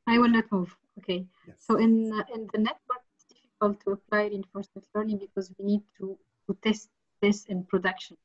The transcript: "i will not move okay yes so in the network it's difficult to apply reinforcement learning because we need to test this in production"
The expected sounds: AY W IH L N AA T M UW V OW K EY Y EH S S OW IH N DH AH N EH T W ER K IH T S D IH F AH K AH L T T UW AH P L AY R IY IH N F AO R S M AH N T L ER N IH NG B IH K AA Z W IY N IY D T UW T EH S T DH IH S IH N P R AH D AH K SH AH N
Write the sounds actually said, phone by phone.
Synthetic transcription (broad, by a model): AY W IH L N AA T M UW V OW K EY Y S S OW IH N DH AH N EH S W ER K IH T S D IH F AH K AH L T T UW AH P L AY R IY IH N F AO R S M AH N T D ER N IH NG B IH K AA Z W IY N IY D T UW T EH S T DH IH S IH N P R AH D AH K SH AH N